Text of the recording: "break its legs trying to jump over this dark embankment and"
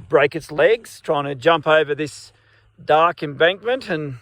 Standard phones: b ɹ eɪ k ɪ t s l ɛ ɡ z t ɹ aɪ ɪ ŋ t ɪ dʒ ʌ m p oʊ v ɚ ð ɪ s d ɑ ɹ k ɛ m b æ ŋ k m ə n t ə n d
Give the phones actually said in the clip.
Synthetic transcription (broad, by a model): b ɹ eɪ k ɪ t s l ɛ ɡ z t ɹ aɪ ɪ ŋ t ɪ dʒ ʌ m p oʊ v ɚ ð ɪ s d ɑ ɹ k ɛ m b æ ŋ k m ə n t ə n